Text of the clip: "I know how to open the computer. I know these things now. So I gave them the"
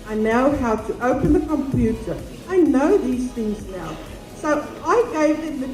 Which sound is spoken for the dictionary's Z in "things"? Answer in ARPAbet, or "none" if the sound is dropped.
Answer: Z